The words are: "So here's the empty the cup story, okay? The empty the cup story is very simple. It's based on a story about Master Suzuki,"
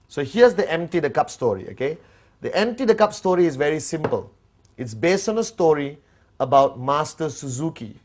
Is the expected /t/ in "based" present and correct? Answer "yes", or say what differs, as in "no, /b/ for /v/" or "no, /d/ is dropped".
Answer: yes